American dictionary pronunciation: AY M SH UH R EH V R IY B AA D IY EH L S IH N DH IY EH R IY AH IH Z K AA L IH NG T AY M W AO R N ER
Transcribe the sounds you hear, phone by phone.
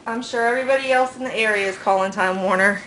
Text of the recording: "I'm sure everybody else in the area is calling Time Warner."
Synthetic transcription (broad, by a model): AY M SH UH R EH V R IY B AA D IY EH L S N DH IY EH R IY AH IH Z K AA L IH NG T AY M W AO R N ER